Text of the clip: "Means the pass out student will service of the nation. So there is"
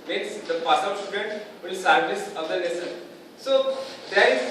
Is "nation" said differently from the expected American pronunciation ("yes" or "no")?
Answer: yes